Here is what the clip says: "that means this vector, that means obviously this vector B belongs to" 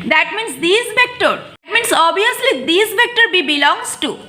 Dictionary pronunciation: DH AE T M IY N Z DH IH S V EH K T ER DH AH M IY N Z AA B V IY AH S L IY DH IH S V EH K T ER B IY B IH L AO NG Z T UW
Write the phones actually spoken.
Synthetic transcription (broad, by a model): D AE T M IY N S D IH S V EH K T ER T M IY N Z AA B IY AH S L IY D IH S V EH K T ER B IY B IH L AO NG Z T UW